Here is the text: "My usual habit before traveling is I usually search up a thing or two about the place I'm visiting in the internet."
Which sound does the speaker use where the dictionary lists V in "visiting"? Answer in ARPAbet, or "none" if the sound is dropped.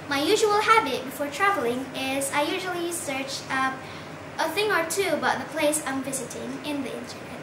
V